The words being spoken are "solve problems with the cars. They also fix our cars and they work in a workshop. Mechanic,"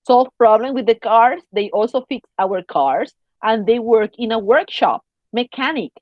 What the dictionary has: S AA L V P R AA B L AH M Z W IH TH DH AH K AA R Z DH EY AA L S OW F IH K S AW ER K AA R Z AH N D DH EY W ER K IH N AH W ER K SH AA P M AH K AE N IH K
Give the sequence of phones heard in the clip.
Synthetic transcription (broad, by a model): S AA L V P R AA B L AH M W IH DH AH K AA R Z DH EY AA L S OW F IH K S AW ER K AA R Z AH N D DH EY W ER K IH N AH W ER K SH AA P M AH K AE N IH K